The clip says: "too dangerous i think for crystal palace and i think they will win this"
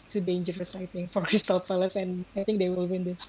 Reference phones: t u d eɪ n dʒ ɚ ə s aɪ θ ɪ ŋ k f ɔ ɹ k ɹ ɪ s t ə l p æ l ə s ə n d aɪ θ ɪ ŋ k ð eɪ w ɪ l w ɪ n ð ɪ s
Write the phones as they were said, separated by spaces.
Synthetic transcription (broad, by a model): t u d eɪ n dʒ ɚ ə s aɪ t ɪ ŋ f ɔ ɹ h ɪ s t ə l f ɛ l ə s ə n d aɪ t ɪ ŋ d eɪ w ɪ l w ɪ n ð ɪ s